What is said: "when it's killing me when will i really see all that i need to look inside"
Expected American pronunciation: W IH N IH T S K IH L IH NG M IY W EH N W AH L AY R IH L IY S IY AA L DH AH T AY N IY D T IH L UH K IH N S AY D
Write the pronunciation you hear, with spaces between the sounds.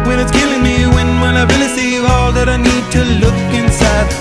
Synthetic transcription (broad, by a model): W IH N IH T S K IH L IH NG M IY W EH N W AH N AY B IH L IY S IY AA L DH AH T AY N IY D T IH L UH K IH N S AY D